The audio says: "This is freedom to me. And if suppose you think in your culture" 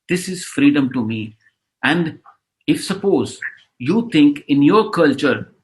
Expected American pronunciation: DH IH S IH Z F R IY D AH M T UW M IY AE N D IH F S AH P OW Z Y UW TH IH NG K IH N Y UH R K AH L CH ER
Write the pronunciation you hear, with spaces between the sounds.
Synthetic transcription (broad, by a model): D IH S IH Z F R IY D AH M T UW M IY AE N D IH F S AH P OW Z Y UW T IH NG K IH N Y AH R K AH L CH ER